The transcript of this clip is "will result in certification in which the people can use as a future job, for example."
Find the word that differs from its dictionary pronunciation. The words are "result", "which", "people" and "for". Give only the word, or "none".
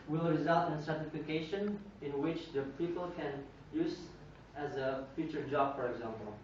none